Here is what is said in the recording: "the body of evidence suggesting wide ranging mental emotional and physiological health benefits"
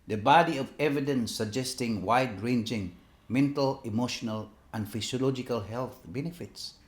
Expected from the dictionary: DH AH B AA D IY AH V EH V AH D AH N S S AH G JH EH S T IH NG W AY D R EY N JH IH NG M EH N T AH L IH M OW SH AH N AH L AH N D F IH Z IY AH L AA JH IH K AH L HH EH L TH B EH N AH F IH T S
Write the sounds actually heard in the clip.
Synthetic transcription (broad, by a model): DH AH B AA D IY AH V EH V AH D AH N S S AH G JH EH S T IH NG W AY D R EY N JH IH NG M EH N T AH L IH M OW SH AH N AH L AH N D F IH S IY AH L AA JH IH K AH L HH EH L TH B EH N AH F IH T S